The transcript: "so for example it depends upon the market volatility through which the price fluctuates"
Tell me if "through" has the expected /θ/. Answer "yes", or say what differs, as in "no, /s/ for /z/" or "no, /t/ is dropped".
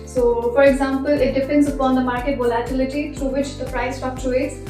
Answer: no, /t/ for /θ/